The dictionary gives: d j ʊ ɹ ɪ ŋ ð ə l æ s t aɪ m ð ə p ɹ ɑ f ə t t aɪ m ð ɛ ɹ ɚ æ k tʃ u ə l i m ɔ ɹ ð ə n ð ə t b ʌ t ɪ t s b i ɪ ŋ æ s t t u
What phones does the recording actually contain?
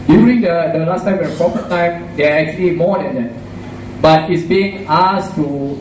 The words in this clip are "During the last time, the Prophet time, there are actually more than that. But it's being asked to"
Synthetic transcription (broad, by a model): d j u ɹ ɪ ŋ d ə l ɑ s t aɪ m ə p ɹ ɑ p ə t t aɪ m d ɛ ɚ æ k tʃ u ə l i m ɔ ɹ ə n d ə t b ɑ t ɪ t s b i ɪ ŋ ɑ s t t u